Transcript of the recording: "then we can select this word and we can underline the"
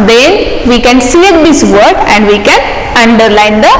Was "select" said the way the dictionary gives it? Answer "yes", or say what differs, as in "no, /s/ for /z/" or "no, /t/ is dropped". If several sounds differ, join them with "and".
no, /l/ is dropped and /k/ is dropped